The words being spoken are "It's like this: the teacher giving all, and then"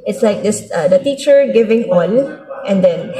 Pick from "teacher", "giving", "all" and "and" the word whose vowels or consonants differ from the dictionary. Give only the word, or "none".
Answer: all